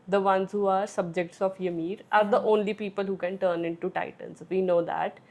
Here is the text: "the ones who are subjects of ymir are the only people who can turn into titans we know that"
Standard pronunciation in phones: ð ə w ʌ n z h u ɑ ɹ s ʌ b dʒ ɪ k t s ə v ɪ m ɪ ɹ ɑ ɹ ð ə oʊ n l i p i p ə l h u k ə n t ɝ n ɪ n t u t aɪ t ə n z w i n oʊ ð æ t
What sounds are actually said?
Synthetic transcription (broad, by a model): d ə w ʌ n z h u ɑ ɹ s ʌ b dʒ ɪ k t s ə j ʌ m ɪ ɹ ɑ ɹ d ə oʊ n l i p i p ə l h u k ə n t ɝ n ɪ n t u t aɪ t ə n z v i n oʊ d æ t